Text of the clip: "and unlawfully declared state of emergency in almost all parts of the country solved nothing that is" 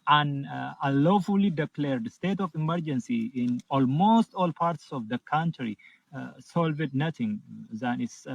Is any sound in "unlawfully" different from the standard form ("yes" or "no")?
yes